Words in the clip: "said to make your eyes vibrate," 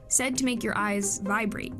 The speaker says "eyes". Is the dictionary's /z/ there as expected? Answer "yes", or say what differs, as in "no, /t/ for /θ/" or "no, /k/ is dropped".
yes